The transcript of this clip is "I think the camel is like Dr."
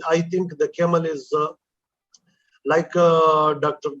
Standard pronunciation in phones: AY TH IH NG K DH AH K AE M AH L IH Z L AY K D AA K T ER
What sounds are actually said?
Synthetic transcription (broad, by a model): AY T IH NG K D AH K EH M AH L IH Z L AY K D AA K T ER